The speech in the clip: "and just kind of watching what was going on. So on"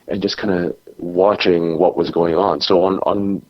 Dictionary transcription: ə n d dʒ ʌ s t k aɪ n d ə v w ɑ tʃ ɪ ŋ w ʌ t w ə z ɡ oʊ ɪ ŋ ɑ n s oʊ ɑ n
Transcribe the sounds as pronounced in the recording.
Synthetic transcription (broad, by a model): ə n dʒ ʌ s k aɪ n d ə w ɑ tʃ ɪ ŋ w ʌ t w ə z ɡ oʊ ɪ ŋ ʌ n s oʊ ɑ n